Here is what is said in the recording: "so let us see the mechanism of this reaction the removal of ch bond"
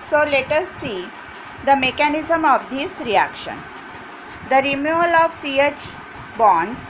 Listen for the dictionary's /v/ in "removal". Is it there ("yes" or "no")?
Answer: no